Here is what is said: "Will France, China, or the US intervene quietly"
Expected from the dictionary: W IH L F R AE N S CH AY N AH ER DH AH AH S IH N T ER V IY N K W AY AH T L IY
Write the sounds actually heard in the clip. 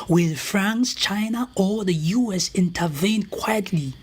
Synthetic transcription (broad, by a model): W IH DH F R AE N S CH AY N AH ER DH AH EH S IH N T ER V IY N K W AY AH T L IY